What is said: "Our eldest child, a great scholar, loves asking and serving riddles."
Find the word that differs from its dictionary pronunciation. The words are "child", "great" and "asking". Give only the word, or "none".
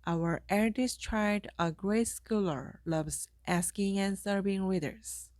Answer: child